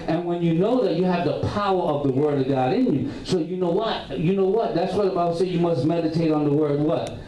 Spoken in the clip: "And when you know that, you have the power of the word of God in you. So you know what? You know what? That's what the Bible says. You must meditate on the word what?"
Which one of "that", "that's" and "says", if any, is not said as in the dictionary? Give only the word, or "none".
says